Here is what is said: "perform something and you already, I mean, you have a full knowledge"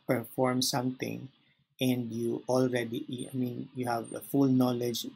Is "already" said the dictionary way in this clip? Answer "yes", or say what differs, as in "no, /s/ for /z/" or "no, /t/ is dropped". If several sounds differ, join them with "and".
yes